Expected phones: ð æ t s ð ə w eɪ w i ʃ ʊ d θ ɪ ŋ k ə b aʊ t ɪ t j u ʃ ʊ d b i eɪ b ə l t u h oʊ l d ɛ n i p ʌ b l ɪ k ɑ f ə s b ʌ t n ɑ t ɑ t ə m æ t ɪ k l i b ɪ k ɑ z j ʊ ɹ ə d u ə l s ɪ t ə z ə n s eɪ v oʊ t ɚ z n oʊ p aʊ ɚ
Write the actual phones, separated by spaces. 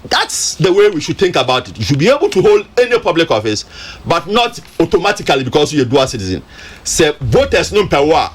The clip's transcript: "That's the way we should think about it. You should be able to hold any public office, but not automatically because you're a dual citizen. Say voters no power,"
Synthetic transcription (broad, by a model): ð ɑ t s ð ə w eɪ w i ʃ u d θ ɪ ŋ k ə b aʊ t ɪ t j u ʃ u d b i eɪ b ə l t u h oʊ l d ɛ n i p ʌ b l ɪ k ɑ f ə s b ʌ t n ɑ t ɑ t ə m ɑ t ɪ k l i b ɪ k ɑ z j ə d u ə s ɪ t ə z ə n s eɪ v oʊ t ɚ s n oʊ p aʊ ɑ